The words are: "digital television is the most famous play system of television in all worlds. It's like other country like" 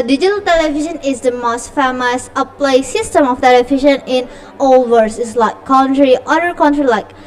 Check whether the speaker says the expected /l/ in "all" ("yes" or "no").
yes